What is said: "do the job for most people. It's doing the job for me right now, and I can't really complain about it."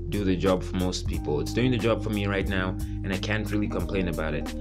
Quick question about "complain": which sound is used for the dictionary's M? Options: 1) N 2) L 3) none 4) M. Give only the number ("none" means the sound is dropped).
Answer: 4